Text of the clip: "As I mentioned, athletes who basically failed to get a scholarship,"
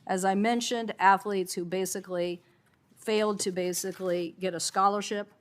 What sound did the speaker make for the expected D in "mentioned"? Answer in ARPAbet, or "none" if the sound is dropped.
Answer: D